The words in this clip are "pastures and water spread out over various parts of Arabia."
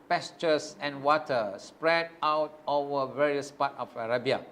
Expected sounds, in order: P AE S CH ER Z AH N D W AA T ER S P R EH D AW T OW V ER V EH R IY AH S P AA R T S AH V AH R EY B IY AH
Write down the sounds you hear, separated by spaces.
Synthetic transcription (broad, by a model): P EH S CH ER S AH N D W AA T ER S P R EH D AW T OW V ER V EH R IY AH S P AA T AH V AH R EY B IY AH